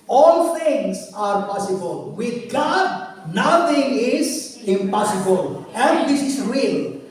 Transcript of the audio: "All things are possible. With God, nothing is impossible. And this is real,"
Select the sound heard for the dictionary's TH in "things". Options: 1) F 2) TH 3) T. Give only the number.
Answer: 3